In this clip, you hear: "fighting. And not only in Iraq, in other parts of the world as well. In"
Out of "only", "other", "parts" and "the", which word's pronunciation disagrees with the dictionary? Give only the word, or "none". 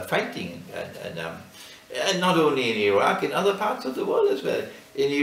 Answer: none